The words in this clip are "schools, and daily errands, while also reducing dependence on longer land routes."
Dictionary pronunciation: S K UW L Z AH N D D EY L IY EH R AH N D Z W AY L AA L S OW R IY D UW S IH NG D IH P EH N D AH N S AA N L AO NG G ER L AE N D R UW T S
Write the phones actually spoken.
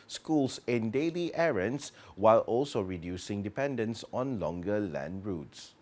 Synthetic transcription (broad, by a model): S K UW L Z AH N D D EY L IY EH R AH N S W AY L AA L S OW R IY D UW S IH NG D IH P EH N D AH N S AA N L AO NG G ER L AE N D R UW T S